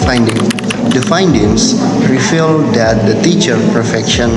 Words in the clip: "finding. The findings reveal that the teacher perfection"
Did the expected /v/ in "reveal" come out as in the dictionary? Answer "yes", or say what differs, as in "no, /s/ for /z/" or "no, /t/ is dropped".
no, /f/ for /v/